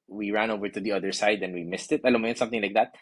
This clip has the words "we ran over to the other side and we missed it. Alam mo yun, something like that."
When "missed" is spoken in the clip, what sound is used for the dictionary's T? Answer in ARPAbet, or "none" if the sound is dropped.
T